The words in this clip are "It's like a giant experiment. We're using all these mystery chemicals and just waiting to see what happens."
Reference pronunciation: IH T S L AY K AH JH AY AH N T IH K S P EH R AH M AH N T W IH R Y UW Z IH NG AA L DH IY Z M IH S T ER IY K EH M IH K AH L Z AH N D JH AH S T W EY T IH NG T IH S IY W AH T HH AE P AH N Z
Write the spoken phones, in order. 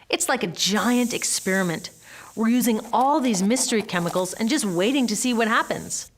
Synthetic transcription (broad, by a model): IH T S L AY K AH JH AY AH N T IH K S P EH R AH M AH N T W IH R Y UW Z IH NG AA L DH IY Z M IH S T ER IY K EH M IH K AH L Z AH N JH AH S T W EY T IH NG T IH S IY W AH T HH AE P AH N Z